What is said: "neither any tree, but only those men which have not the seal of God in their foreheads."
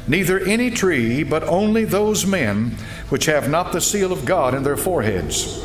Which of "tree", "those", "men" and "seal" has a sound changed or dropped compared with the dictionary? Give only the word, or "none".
none